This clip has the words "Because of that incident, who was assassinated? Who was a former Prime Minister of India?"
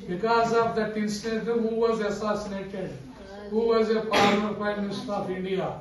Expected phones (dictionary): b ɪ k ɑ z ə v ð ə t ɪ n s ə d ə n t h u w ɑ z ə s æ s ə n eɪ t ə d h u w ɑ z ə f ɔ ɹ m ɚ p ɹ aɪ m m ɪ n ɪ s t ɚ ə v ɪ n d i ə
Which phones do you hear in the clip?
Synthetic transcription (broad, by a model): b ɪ k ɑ z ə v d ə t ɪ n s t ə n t h u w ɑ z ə s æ s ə n eɪ t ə d h u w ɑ z ə p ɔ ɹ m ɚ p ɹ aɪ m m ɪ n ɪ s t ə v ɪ n d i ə